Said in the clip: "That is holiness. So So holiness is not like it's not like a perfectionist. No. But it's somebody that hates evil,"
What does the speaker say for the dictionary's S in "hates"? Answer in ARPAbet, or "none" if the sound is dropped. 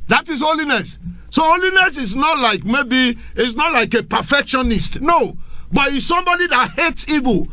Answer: S